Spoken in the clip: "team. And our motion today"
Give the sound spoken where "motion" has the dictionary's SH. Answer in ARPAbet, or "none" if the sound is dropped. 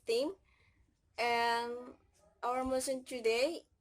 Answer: S